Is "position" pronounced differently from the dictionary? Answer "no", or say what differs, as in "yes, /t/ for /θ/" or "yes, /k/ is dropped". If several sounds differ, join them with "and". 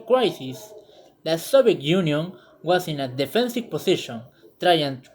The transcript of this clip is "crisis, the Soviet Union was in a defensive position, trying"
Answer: yes, /s/ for /z/